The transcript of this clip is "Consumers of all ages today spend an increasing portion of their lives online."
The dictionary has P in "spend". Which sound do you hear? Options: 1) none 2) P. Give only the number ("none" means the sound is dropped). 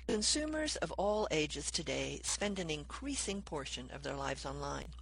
2